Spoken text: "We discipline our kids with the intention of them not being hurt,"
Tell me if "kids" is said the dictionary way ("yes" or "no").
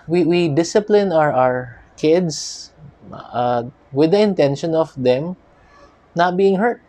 no